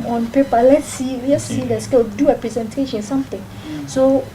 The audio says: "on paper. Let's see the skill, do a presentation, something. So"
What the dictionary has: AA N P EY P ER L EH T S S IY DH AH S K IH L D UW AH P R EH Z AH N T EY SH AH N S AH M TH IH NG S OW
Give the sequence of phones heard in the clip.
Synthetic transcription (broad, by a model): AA N P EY P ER L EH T S S IY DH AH S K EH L D UW AH P R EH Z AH N T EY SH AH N S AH M T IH NG S OW